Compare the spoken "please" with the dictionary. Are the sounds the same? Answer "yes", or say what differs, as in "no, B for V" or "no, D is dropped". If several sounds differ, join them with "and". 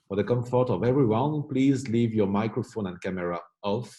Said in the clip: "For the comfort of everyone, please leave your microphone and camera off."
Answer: yes